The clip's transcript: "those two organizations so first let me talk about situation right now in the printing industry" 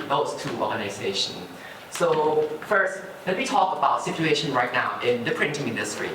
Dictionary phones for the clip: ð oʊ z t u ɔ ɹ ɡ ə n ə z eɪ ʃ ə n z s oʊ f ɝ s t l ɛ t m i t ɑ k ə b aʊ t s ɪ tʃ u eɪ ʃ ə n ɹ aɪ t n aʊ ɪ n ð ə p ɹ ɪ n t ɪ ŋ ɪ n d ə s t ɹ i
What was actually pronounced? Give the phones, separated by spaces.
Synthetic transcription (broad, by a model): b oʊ t u ɔ ɹ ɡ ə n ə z eɪ ʃ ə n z s oʊ f ɝ s t l ɛ t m i t ɑ k ə b aʊ t s ɪ tʃ u eɪ ʃ ə n ɹ aɪ t n aʊ ɪ n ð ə p ɹ ɪ n t ɪ ŋ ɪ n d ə s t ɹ i